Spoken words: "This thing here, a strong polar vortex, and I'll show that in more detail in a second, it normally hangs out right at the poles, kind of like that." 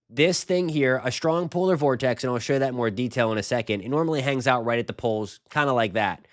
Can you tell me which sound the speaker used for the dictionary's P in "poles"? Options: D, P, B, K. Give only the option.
P